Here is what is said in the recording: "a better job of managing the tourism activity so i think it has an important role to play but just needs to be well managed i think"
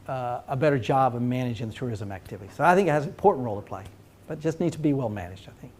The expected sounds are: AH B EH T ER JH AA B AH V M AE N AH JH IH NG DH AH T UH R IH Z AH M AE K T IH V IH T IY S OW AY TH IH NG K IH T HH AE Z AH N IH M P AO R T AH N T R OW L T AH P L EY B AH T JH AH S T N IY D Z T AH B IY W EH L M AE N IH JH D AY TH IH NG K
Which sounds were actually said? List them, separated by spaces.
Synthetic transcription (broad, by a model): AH B EH T ER JH AA B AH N M AE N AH JH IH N DH AH T UH R IH Z AH M AE K T IH V IH T IY S OW AY TH IH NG K IH T HH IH Z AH N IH M P AO R T N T R OW L T AH P L EY B AH T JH AH S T N IY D T AH B IY W EH L M AE N IH JH D AY TH IH NG K